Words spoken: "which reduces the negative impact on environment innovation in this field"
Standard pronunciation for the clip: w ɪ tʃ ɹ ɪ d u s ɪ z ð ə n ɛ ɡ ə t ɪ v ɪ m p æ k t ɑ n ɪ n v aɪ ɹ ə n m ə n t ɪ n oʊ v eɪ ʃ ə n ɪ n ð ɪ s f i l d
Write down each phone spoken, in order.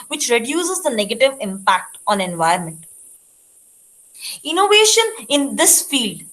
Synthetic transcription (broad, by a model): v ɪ tʃ ɹ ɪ d u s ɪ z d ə n ɛ ɡ ə t ɪ v ɪ m p æ k t ɑ n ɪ n v aɪ ə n m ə n t ɪ n oʊ v eɪ ʃ ə n ɪ n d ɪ s f i l d